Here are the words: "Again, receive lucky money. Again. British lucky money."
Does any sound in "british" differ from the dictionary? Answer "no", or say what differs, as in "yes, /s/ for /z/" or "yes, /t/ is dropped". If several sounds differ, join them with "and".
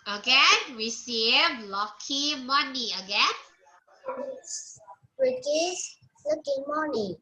yes, /s/ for /ʃ/